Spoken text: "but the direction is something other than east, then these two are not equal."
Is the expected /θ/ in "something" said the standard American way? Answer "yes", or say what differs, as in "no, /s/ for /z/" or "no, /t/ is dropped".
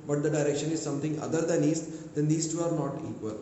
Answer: no, /t/ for /θ/